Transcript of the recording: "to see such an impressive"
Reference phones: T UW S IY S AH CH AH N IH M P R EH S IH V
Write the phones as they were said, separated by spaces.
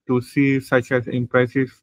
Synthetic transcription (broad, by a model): T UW S IY S AH CH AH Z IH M P R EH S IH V